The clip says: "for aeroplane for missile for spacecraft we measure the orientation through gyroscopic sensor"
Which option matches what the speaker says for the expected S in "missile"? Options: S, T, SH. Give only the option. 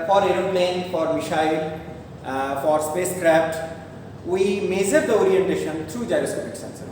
SH